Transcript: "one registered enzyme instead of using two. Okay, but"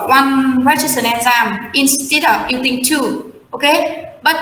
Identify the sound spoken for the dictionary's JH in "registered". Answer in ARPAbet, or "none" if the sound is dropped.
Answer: CH